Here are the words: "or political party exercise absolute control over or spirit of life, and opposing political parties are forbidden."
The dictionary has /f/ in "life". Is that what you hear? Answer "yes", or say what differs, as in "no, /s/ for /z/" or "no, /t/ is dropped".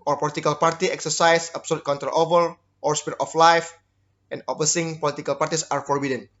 yes